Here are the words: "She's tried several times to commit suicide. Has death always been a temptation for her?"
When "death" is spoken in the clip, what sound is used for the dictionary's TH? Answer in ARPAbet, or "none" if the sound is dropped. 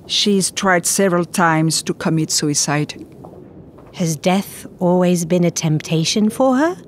TH